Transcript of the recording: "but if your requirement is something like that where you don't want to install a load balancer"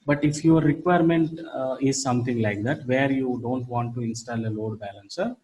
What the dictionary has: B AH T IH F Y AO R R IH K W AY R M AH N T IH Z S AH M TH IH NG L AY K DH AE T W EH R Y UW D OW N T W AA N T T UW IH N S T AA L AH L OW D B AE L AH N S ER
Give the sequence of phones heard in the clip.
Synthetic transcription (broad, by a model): B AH T IH F Y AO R R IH K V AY R M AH N T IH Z S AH M T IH NG L AY K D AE T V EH R Y UW D OW N T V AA N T T UW IH N S T AA L AH L OW D B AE L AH N S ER